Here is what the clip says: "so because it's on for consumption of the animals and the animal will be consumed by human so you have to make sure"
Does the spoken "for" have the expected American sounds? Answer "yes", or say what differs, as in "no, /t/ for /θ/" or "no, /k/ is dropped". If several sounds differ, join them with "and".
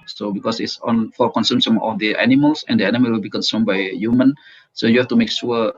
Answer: no, /l/ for /ɹ/